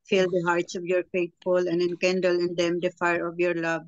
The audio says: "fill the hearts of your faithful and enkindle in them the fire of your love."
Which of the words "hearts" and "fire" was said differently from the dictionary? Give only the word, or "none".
none